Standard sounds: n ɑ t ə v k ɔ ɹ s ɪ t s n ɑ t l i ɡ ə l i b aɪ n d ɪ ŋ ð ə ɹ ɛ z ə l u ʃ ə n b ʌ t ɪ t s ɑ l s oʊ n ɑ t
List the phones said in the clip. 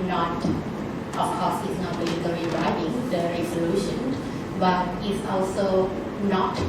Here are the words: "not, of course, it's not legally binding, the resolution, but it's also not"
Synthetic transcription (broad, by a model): n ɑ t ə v k ɔ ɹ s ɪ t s n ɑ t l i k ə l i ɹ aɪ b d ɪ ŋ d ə ɹ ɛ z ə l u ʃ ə n b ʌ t ɪ t s ɑ l s oʊ n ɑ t